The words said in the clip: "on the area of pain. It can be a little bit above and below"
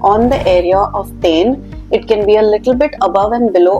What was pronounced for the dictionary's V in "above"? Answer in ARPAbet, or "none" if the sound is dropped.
V